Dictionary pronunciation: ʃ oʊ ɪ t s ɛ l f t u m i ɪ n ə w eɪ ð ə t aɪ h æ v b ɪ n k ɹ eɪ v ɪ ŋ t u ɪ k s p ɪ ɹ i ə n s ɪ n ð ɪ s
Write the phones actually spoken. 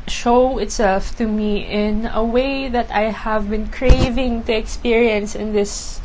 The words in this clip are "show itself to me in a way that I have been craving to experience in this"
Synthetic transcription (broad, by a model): ʃ oʊ ɪ t s ɛ l f t u m i ɪ n ə w eɪ ð ə t aɪ h æ v b ɪ n k ɹ eɪ v ɪ ŋ t u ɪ k s p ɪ ɹ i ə n s ɪ n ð ɪ s